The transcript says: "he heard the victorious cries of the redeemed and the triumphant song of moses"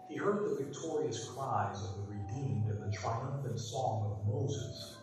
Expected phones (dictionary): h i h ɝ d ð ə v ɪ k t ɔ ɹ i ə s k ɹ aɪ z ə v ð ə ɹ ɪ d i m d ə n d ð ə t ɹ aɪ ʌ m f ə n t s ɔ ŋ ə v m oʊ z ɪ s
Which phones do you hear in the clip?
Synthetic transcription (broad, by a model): h i h ɝ d ð ə v ɪ k t ɔ ɹ i ə s k ɹ aɪ z ə v ð ə ɹ ɪ d i m d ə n ð ə t ɹ aɪ ʌ m f ə n t s ɔ ŋ ə v m oʊ z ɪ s